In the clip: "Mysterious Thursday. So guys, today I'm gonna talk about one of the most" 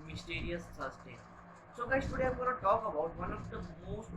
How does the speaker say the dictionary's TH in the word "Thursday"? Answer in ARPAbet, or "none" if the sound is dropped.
S